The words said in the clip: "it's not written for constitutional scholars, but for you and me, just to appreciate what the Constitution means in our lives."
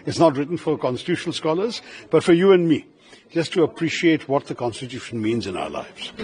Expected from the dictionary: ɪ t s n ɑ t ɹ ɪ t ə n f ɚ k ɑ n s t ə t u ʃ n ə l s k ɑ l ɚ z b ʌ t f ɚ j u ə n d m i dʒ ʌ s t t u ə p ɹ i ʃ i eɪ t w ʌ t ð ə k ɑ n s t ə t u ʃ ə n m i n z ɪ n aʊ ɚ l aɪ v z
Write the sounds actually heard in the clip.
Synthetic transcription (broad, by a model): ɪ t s n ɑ t ɹ ɪ t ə n f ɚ k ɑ n s t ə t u ʃ n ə l s k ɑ l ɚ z b ʌ t f ɚ j u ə n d m i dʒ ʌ s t t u ə p ɹ i ʃ i eɪ t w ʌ t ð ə k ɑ n s t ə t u ʃ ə n m i n z ɪ n aʊ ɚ l aɪ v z